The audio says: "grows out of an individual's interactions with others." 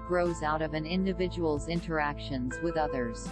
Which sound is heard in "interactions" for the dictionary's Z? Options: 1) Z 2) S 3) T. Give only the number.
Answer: 1